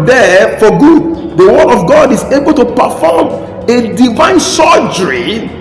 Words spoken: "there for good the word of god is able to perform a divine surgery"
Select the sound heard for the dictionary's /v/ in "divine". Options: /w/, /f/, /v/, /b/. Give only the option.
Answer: /v/